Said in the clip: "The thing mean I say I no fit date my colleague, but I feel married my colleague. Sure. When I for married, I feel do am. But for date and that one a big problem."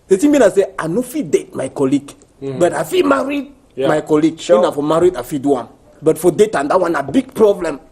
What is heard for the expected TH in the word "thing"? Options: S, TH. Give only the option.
S